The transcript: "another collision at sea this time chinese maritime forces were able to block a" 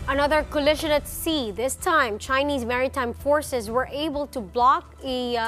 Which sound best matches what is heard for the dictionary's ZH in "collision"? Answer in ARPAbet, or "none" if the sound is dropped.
SH